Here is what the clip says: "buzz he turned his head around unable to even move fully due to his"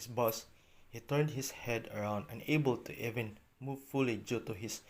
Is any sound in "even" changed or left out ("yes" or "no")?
no